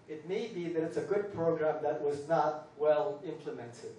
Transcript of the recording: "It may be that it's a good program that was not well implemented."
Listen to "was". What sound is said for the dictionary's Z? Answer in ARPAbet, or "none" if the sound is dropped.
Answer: Z